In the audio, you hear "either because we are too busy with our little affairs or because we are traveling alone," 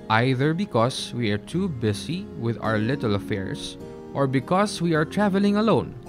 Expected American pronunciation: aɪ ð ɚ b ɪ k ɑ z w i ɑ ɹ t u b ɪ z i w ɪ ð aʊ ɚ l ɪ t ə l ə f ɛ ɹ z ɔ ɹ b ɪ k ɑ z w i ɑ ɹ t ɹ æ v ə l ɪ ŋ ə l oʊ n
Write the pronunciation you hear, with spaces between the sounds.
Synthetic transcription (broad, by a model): aɪ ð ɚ b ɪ k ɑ s w i ɑ ɹ t u b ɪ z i w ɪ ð aʊ ɚ l ɪ t ə l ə f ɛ ɹ s ɔ ɹ b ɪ k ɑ s w i ɑ ɹ t ɹ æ v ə l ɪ ŋ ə l oʊ n